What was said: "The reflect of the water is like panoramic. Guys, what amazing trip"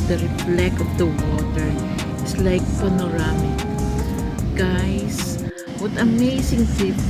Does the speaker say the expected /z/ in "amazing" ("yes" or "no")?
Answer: no